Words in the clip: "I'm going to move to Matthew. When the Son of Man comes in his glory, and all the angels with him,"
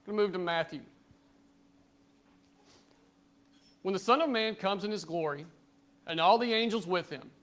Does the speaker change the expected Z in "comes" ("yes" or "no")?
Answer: no